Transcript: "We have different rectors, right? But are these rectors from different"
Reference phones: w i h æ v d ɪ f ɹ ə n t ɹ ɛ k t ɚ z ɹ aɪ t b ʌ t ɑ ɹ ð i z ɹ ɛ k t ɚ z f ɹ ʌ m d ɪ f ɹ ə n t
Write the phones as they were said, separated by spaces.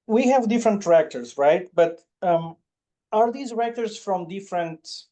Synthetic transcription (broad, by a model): w i h æ v d ɪ f ɹ ə n t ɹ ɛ k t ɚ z ɹ aɪ t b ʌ t ɑ ɹ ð i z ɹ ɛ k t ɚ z f ɹ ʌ m d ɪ f ɹ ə n t